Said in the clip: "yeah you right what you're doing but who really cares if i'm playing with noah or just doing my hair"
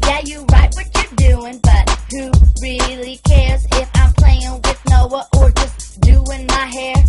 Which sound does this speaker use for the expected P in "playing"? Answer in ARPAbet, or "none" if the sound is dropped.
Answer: P